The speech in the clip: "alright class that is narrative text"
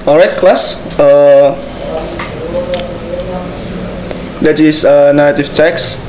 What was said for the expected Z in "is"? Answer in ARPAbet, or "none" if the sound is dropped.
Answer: S